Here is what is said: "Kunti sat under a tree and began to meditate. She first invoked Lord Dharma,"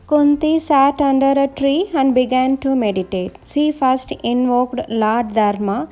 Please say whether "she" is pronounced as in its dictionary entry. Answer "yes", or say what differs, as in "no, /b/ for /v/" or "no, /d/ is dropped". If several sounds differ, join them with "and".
no, /s/ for /ʃ/